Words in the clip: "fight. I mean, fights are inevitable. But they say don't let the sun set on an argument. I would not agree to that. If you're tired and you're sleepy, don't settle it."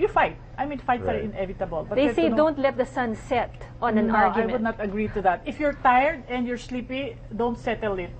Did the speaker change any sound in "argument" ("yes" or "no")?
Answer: yes